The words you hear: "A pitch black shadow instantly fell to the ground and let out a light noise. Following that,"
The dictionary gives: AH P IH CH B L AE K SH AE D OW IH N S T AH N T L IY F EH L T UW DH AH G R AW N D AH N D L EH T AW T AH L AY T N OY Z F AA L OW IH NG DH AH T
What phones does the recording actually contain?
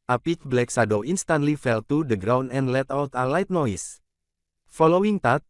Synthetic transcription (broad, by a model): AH P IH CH B L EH K S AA D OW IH N S T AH N T L IY F EH L T UW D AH G R AW N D AH N D L EH T AW T AH L AY T N OY S F AA L OW IH NG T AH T